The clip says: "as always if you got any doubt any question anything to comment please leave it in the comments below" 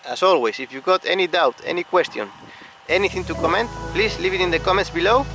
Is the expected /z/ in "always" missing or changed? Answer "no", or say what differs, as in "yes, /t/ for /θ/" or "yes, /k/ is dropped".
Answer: yes, /s/ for /z/